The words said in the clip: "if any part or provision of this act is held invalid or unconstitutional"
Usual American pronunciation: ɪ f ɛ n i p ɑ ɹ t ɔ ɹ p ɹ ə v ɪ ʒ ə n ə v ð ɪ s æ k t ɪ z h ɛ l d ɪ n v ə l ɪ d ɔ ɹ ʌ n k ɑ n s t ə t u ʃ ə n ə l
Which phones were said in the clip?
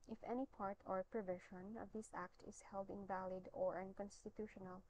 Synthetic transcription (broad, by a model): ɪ f ɛ n i p ɑ ɹ t ɔ ɹ p ɹ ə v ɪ ʃ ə n ə v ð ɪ s æ k t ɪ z h ɛ l d ɪ n v ə l ɪ d ɔ ɹ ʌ n k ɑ n s t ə t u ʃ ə n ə l